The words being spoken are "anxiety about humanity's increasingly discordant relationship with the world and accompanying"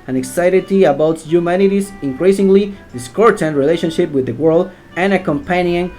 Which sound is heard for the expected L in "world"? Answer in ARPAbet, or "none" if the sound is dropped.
L